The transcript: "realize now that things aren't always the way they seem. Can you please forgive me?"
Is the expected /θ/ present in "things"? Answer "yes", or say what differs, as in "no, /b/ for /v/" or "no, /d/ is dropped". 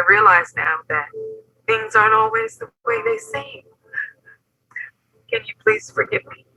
yes